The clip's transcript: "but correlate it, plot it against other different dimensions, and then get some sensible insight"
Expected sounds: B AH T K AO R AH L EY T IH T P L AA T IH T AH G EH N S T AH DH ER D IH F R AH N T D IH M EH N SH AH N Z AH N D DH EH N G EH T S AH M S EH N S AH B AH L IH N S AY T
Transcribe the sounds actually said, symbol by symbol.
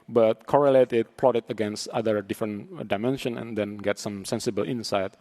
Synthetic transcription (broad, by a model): B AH T K AO R AH L EY T IH T P L AA T IH T AH G EH N S T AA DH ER D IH F R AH N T D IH M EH N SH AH N AH N D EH N G EH T S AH M S EH N S AH B AH L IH N S AY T